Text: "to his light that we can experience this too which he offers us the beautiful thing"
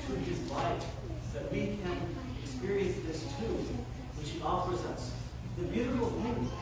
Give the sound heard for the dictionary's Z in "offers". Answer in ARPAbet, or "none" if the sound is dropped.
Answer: Z